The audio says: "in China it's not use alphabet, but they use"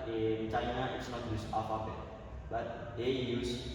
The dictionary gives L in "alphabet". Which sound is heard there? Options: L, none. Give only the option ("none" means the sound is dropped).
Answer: none